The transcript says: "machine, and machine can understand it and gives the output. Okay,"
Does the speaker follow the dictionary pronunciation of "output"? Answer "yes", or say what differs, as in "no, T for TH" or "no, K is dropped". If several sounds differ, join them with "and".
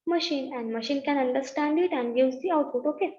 no, P is dropped